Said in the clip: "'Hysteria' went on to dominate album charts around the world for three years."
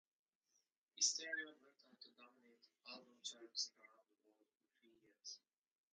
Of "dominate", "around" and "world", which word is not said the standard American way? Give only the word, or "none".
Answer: world